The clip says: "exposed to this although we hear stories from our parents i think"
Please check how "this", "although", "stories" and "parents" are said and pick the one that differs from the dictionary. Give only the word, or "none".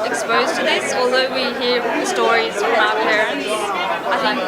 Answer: none